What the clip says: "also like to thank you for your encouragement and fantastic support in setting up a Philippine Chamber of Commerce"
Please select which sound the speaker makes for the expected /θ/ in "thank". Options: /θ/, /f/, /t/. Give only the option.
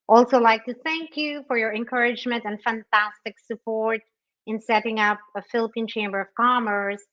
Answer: /θ/